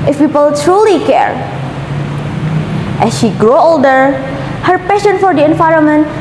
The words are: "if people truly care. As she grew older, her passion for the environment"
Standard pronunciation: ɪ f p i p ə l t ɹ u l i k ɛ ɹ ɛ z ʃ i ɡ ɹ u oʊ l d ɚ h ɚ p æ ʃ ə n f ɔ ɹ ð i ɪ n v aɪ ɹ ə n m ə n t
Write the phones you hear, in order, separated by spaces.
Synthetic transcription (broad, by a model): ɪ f p i p ə l t ɹ u l i k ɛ ɹ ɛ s ʃ i ɡ ɹ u oʊ l d ɚ h ɚ p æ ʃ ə n f ɔ ɹ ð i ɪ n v aɪ ɹ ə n m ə n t